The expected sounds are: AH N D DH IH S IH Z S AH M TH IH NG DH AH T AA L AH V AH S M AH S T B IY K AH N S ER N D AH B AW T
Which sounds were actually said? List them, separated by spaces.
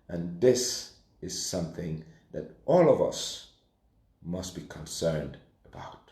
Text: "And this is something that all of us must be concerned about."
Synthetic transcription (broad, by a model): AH N DH IH S IH Z S AH M TH IH NG DH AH T AA L AH V AH S M AH S T B IY K AH N S ER N D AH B AW T